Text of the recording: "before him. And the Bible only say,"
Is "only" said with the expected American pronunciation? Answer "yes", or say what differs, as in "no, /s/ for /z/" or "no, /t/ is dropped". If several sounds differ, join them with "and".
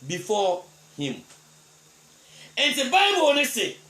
no, /l/ is dropped